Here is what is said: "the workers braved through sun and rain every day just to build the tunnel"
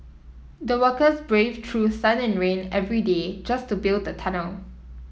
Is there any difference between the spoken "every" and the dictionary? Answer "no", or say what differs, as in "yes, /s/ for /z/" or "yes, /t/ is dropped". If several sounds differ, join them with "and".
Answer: no